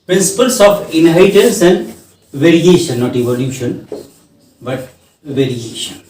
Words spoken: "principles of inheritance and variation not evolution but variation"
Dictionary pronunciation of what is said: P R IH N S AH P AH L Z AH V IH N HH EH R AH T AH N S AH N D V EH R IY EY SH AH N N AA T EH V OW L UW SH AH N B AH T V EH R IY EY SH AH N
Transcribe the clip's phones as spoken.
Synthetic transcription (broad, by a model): P R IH N S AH P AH L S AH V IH N HH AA AH T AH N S AH N D V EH R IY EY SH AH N N AA T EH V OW L UW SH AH N B AH T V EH R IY EY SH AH N